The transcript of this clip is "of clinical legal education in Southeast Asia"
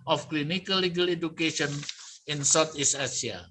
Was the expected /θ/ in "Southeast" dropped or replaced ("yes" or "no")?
yes